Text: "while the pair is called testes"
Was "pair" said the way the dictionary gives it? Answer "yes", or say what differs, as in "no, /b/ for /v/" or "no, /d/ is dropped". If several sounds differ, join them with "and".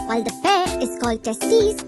no, /f/ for /p/